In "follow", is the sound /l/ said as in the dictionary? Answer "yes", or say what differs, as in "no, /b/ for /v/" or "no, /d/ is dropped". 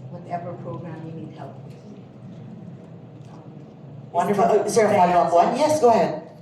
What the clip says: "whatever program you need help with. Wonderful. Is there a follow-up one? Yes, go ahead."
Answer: no, /l/ is dropped